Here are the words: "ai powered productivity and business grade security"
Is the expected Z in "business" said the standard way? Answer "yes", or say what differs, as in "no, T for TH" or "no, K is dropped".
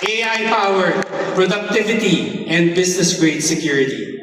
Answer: no, S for Z